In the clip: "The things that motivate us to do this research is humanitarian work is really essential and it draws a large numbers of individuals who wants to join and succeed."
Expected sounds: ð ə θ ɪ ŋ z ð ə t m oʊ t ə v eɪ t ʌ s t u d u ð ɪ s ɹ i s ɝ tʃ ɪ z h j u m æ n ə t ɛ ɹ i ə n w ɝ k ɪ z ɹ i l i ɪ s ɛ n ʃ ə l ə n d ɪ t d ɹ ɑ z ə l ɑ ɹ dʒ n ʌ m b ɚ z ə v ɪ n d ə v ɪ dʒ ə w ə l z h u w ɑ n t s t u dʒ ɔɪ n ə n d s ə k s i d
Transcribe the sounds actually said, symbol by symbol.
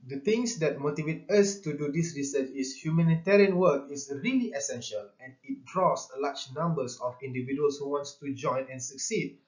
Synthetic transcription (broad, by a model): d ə t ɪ ŋ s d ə t m oʊ t ə v eɪ t ʌ s t u d u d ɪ s ɹ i s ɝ tʃ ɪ s h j u m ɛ n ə t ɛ ɹ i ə n w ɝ k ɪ s ɹ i l i ɪ s ɛ n ʃ ə l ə n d ɪ t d ɹ ɑ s l ɑ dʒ n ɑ m b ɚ s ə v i n d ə v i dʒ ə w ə l s h u w ɑ n t s t u dʒ ɔɪ n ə n s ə k s i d